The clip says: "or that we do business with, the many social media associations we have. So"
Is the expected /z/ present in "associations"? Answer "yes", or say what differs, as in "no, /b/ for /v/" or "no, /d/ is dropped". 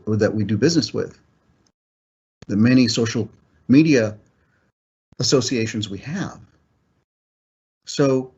yes